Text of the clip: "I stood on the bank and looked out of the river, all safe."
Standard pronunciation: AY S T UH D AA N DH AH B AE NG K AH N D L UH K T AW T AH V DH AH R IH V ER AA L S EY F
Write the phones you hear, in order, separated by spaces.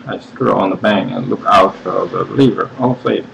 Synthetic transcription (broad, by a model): AY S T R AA N DH AH B AE NG K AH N L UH K AW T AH DH AH L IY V ER AA L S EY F